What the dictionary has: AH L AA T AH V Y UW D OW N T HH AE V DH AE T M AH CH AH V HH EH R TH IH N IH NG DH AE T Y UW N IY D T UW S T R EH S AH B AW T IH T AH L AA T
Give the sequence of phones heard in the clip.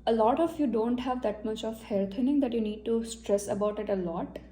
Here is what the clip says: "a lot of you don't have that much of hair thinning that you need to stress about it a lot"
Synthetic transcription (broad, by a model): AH L AA T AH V Y UW D OW N T HH AE V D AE T M AH CH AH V HH EH R T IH N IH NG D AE T Y UW N IY D T UW S T R EH S AH B AW T IH T AH L AA T